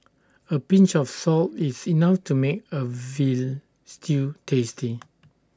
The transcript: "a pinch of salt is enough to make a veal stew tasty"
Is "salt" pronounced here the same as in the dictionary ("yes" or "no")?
yes